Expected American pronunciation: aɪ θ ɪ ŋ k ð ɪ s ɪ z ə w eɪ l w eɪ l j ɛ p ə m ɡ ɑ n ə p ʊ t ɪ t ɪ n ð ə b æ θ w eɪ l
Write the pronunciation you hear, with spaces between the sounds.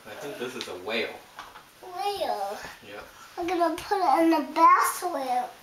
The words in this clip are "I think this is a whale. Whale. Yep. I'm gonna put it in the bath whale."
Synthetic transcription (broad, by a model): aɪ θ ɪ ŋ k ð ɪ s ɪ z ə w eɪ l w eɪ l j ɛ ə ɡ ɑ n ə p ʊ t ɪ t ɪ n ð ə b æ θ w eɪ l